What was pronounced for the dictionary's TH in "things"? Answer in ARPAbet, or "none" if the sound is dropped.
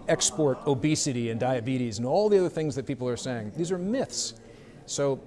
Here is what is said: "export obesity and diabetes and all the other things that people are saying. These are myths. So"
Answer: TH